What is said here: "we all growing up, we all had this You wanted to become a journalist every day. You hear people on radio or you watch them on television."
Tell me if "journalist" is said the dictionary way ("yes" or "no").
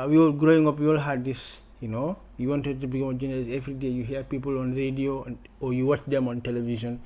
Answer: no